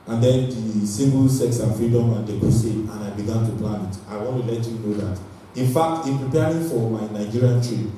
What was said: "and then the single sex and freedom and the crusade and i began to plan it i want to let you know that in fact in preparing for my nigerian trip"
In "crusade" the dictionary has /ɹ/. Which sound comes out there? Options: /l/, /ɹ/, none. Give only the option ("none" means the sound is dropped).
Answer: none